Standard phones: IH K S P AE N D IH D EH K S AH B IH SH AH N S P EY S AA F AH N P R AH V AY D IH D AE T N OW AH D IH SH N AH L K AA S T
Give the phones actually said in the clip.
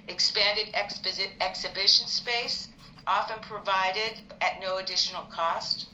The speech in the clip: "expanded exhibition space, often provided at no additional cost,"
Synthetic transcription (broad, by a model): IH K S P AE N D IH D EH K S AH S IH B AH N S P EY S AA F AH N P R AH V AY D IH D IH T N OW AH D IH SH N L K AA S T